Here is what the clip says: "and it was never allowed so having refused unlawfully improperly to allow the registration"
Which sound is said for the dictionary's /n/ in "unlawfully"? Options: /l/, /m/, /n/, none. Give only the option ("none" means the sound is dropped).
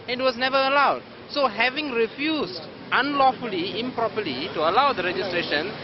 /n/